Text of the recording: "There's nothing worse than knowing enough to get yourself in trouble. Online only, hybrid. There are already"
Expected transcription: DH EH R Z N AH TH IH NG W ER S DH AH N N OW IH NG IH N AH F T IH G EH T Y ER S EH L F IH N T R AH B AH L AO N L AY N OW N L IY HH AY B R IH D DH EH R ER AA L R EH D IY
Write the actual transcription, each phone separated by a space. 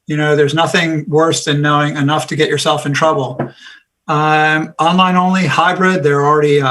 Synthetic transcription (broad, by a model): DH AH R Z N AH TH IH NG W ER S DH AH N N OW IH NG IH N AH F T IH G EH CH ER S EH L F IH N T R AH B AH AO N L AY N OW N L IY HH AY B R IH D DH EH R L R EH D IY